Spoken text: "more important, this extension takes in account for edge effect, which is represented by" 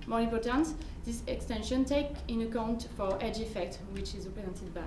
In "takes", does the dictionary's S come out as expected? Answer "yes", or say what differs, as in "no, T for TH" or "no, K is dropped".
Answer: no, S is dropped